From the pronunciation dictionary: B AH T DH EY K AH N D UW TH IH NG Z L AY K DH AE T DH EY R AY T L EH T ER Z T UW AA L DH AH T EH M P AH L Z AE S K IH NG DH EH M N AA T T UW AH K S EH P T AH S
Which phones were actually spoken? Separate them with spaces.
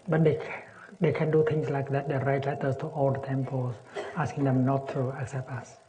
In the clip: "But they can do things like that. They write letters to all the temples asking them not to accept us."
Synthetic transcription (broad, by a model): B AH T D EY K AH N D UW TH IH NG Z L AY K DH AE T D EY R AY T L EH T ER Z T UW AA L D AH T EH M P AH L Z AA S K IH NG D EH M N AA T T UW AH K S EH P T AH S